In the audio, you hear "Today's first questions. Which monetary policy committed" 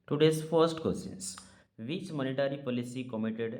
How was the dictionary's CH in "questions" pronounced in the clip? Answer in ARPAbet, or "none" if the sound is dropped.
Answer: none